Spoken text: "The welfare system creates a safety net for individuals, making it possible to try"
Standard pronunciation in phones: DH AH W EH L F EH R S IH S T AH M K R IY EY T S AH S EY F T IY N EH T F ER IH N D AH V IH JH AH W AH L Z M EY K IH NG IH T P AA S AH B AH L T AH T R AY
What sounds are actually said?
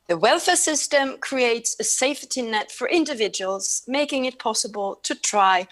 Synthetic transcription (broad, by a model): DH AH W EH L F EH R S IH S T AH M K R IY EY T S AH S EY F T IY N EH T F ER IH N D AH V IH JH AH W AH L Z M EY K IH NG IH T P AA S AH B AH L T AH T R AY